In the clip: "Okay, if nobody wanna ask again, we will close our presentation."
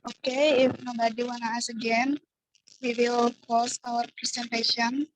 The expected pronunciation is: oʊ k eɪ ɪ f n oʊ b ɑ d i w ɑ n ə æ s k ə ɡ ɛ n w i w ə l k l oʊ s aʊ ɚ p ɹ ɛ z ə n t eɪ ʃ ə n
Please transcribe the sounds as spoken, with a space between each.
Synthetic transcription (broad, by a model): oʊ k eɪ ɪ f n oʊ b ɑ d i w ɑ n ə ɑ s ə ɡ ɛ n w i w ə l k oʊ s aʊ ɚ p ɹ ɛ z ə n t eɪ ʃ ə n